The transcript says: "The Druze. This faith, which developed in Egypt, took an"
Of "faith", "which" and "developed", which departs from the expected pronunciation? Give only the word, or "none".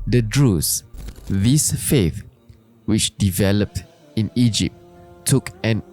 none